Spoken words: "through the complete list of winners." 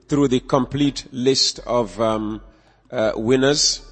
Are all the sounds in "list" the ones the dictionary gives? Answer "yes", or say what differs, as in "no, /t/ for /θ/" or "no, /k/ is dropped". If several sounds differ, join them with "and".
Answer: yes